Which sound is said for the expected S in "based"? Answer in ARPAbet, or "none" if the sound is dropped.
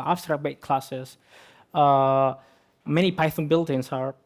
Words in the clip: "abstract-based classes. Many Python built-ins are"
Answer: none